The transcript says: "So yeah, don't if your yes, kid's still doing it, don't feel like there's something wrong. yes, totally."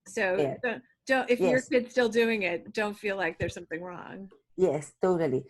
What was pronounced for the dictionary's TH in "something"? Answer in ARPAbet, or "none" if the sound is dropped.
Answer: TH